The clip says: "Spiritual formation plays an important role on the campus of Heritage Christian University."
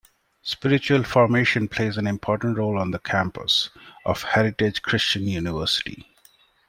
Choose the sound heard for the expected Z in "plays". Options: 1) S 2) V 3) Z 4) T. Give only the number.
3